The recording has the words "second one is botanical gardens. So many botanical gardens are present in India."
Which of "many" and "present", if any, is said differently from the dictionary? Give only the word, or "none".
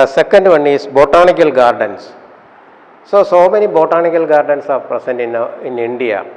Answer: present